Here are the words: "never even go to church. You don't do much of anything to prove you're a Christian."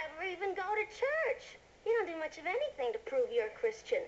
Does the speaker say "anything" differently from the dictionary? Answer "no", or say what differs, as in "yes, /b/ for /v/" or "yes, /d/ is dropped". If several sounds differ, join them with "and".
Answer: no